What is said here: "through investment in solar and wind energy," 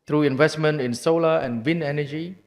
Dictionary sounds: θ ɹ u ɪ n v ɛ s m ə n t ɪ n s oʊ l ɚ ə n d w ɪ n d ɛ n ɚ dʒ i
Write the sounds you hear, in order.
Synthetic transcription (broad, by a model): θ ɹ u ɪ n v ɛ s m ə n t ɪ n s oʊ l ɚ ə n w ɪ n ɛ n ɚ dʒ i